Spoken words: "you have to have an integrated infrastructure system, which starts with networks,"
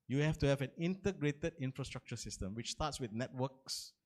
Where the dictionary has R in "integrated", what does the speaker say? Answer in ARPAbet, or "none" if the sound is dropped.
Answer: R